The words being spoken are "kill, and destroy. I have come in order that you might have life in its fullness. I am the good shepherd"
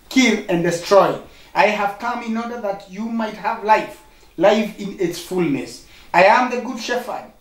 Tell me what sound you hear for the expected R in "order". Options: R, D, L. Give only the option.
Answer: R